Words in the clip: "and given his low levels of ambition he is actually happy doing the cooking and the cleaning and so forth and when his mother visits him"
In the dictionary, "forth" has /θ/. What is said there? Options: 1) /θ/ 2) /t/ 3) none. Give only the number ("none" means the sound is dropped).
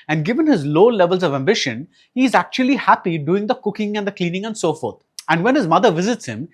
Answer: 2